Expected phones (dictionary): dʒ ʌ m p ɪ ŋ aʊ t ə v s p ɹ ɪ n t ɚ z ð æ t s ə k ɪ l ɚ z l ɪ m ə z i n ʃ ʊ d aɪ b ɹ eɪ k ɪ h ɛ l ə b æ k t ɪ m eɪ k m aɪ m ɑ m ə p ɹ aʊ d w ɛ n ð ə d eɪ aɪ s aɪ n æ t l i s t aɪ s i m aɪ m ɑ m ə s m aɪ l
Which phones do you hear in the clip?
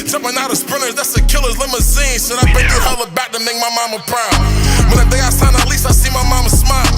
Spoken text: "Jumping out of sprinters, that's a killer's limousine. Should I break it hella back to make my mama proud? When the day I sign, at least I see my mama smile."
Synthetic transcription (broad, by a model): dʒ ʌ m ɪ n aʊ t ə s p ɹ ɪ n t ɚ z ð æ t s ə k ɪ l ɚ z l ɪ m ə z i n s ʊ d aɪ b eɪ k ɪ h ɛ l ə b æ k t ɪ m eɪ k m aɪ m ɑ m ə p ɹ aʊ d w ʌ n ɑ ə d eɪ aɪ s aɪ n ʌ t l i s t aɪ s i m aɪ m ɑ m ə s m aɪ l